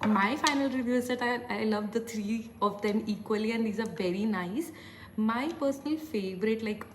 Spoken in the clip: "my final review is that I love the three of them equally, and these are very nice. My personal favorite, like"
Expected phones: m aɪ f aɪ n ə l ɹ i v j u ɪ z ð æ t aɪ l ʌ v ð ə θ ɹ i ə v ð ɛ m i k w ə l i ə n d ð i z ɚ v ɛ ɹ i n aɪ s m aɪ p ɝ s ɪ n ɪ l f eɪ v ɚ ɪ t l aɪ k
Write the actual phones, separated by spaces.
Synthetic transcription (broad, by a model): m aɪ f aɪ n ə l ɹ i v j u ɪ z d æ t aɪ l ʌ v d ə t ɹ i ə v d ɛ m i k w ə l i ə n d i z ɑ v ɛ ɹ i n aɪ s m aɪ p ɝ s ɪ n ɪ l f eɪ v ɚ ɪ t l aɪ k